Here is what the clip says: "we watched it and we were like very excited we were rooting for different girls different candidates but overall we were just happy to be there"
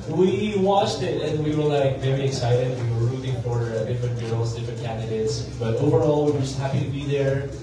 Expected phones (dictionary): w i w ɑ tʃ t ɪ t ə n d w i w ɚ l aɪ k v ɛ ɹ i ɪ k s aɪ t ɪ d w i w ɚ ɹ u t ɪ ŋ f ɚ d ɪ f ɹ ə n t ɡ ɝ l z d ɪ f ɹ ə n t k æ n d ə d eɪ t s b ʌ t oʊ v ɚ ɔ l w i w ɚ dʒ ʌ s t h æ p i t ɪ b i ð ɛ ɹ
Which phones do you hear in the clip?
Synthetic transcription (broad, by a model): w i w ɑ tʃ t ɪ t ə n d w i w ɚ l aɪ k v ɛ ɹ i ɪ k s aɪ t ɪ d w i w ɚ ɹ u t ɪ ŋ f ɚ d ɪ f ɹ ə n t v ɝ l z d ɪ f ɹ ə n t k æ n d ə d eɪ t s b ʌ t oʊ v ɚ ɔ l w i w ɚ dʒ ʌ s t h æ p i t ɪ b i ð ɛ ɹ